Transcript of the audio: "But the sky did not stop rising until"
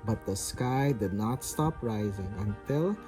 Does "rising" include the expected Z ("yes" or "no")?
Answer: yes